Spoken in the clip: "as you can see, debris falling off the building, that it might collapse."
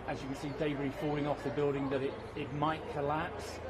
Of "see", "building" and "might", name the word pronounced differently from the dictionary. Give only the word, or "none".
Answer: none